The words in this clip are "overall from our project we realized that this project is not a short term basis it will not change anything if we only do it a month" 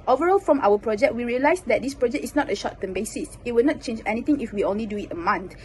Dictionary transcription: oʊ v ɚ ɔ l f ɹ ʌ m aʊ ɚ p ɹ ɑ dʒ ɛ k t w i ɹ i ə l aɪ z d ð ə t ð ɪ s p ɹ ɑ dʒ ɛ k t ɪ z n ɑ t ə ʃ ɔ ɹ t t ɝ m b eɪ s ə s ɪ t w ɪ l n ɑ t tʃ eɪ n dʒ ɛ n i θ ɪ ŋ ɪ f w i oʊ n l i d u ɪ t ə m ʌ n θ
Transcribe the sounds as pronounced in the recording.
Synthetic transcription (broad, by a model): oʊ v ɚ ɔ l f ɹ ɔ m aʊ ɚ p ɹ ɑ dʒ ɛ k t w i ɹ i ə l aɪ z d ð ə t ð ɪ s p ɹ ɑ dʒ ɛ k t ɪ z n ɑ t ə ʃ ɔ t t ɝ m b eɪ s ə s ɪ t w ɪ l n ɑ t tʃ eɪ n dʒ ɛ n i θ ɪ ŋ ɪ f w i oʊ n l i d u ɪ t ə m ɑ n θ